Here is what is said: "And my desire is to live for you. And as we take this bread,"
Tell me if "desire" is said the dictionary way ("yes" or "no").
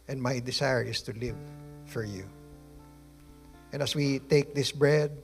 no